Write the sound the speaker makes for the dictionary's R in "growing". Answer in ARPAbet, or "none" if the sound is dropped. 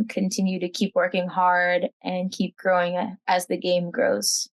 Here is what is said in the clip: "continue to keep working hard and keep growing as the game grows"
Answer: R